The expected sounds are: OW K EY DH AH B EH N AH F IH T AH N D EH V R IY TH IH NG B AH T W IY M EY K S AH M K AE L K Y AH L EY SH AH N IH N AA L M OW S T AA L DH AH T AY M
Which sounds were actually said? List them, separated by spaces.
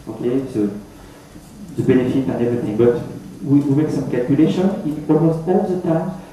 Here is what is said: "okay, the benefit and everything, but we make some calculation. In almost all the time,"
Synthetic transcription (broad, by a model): OW K EY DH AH B EH N AH F IH T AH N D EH V R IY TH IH NG B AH T W IY M EY K S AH M K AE L K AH L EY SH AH N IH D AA M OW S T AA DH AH T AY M